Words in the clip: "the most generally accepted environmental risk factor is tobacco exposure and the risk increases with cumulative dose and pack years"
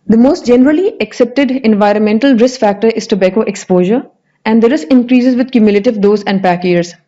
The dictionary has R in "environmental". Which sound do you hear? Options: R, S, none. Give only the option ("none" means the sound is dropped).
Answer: R